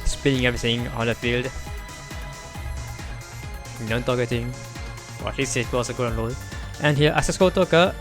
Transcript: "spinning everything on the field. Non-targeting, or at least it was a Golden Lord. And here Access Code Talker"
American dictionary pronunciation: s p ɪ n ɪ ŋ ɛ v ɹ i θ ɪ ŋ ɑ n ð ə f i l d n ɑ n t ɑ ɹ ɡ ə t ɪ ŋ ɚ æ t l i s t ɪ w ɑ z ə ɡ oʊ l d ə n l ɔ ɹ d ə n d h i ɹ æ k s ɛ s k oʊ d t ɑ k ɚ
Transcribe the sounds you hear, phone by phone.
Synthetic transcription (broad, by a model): s p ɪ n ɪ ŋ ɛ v ɹ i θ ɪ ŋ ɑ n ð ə f i l d n ɑ n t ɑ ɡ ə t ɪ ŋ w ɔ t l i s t ɪ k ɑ s ə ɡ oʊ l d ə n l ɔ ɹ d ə n h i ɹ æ s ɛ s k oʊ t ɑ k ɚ